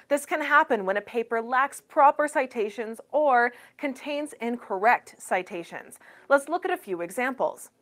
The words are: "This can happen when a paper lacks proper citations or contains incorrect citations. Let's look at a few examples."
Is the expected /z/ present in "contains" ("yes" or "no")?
yes